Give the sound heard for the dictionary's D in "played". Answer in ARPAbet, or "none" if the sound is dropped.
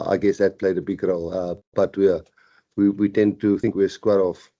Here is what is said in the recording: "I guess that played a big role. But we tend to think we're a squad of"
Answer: D